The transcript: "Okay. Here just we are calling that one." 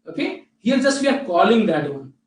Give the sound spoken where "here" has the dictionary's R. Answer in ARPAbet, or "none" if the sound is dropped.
L